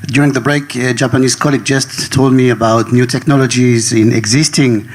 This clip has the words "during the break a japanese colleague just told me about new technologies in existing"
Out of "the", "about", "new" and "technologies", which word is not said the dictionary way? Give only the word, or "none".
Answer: none